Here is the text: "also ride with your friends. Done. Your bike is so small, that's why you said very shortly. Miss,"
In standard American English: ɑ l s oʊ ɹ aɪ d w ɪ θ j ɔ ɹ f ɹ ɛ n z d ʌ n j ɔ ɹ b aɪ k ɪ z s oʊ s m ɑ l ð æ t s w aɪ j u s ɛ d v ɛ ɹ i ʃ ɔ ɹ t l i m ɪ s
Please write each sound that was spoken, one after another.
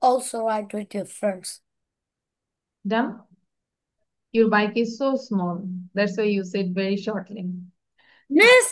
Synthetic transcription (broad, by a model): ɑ l s oʊ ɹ aɪ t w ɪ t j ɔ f ɹ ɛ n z d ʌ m j ɔ ɹ b aɪ k ɪ z s oʊ s m ɑ l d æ t s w aɪ j u s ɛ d v ɛ ɹ i ʃ ɔ ɹ t l i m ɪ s